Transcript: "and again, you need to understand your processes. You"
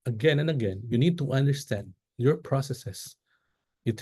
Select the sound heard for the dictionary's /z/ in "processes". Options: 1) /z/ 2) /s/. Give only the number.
2